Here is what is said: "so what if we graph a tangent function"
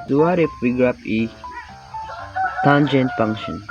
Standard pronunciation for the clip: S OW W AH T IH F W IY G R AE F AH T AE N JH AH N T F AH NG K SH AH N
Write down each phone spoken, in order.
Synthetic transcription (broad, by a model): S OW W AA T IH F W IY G R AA P AH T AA N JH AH N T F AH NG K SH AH N